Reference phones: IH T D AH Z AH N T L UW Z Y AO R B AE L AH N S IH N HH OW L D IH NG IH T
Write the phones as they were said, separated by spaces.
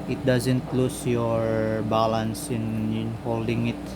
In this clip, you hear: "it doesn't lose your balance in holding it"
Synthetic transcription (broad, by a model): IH T D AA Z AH N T L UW S Y AO R B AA L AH N S IH N HH OW L D IH NG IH T